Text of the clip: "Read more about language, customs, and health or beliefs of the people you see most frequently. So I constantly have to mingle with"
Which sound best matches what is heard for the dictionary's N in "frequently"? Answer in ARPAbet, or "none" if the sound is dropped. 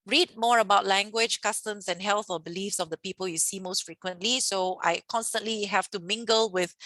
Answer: N